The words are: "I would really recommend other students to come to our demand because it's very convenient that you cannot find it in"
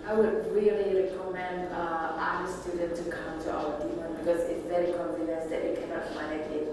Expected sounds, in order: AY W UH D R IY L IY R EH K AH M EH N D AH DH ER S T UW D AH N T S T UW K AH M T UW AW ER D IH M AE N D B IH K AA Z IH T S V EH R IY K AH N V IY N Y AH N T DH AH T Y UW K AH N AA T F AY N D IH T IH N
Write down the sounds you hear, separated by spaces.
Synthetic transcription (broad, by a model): AY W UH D R IY L IY R EH K AH M EH N D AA ER S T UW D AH N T T UW K AH M T UW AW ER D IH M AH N B IH K AA Z IH T S V EH R IY K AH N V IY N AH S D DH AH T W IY K AH N AA T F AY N IH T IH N